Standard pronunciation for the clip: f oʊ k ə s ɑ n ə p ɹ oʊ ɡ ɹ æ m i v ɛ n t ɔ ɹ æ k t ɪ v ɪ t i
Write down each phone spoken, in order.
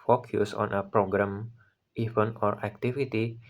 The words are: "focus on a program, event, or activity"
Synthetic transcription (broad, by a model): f oʊ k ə s ɑ n ə p ɹ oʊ ɡ ɹ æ m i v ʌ n ɔ ɹ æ k t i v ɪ t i